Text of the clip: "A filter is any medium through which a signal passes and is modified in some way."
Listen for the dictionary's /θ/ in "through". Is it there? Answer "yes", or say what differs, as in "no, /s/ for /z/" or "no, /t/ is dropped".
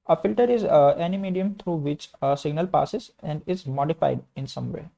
no, /t/ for /θ/